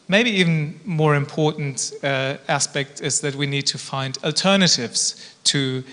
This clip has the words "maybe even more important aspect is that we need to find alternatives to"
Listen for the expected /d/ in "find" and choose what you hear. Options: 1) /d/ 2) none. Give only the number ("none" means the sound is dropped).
1